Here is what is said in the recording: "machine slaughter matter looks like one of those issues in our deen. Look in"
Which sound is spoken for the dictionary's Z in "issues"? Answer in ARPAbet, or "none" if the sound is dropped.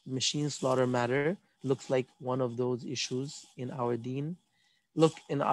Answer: Z